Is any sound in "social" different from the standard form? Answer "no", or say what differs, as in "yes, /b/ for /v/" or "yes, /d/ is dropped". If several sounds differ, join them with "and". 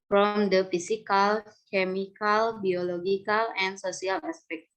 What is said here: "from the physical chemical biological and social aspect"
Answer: yes, /s/ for /ʃ/